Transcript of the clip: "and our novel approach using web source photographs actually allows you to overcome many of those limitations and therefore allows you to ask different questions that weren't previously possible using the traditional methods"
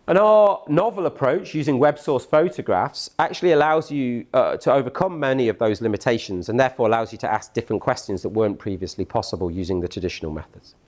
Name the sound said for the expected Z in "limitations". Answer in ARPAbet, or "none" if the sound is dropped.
Z